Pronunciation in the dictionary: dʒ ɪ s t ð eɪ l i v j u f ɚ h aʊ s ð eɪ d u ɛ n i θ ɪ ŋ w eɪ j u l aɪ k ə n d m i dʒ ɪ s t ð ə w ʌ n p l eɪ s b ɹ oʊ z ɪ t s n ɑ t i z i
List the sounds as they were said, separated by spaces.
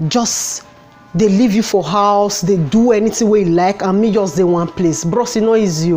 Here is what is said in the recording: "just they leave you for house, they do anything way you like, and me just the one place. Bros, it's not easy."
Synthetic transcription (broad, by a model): dʒ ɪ s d eɪ l i v j u f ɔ h aʊ s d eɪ d u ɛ n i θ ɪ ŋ w eɪ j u l aɪ k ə n m i dʒ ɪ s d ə w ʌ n p l eɪ s b ɹ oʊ s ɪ n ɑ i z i